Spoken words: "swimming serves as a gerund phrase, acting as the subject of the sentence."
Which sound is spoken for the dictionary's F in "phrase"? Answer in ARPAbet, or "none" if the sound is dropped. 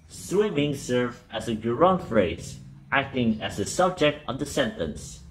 F